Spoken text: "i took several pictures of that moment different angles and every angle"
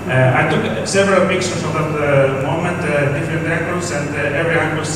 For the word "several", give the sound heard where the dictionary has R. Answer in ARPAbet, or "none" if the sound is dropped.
R